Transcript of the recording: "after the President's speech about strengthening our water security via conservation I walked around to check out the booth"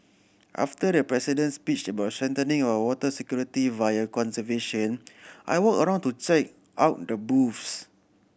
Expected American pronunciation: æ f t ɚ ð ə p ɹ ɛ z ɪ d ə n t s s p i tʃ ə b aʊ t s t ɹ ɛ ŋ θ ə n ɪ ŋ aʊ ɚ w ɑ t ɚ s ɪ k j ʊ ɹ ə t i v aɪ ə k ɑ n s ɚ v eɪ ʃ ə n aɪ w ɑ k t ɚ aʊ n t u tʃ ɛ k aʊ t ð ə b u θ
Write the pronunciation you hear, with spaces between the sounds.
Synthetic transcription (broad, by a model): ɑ f t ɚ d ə p ɹ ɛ s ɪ d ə n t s s p i tʃ ə b aʊ t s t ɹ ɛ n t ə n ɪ ŋ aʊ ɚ w ɑ t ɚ s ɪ k j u ɹ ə t i v aɪ ə k ɑ n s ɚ v eɪ ʃ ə n aɪ w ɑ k ɚ aʊ n t u tʃ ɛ k aʊ t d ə b u s